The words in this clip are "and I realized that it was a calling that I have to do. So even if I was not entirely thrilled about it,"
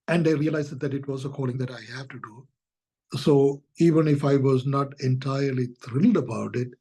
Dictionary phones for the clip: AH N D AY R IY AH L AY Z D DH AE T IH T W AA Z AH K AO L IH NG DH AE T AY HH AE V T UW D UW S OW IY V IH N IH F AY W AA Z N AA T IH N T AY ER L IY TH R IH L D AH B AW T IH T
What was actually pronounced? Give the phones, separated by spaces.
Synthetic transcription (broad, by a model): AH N D AY R IY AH L AY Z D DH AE T IH T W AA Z AH K AO L IH NG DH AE T AY HH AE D T UW D UW S OW IY V IH N IH F AY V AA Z N AA T IH N T AY ER L IY T R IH L D AH B AW T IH T